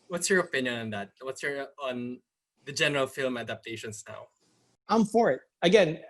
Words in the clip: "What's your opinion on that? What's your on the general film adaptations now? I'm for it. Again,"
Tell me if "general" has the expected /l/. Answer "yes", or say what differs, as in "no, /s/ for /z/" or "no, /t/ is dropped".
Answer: yes